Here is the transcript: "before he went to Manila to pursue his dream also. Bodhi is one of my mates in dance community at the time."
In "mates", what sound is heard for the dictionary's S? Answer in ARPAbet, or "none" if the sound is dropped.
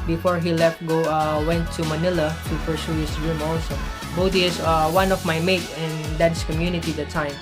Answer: none